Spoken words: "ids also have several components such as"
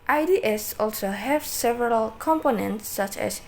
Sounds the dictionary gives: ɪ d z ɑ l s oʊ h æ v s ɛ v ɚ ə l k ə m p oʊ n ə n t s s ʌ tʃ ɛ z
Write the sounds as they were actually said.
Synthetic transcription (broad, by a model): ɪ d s ɑ l s oʊ h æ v s ɛ v ɚ ə l k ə m p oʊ n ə n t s s ʌ tʃ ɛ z